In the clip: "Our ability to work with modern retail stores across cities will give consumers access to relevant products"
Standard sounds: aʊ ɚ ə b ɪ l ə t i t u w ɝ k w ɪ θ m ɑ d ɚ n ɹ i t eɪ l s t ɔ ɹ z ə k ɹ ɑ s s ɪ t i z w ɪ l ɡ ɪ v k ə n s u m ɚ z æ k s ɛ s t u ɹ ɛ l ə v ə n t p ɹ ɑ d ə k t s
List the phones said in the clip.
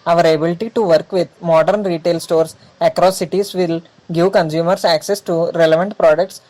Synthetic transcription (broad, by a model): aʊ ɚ ə b ɪ l ə t i t u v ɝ k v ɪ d m ɑ d ɚ n ɹ i t eɪ l s t ɔ ɹ s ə k ɹ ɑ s s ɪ t i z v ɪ l ɡ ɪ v k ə n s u m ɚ s æ k s ɛ s t u ɹ ɛ l ə v ə n t p ɹ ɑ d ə k t s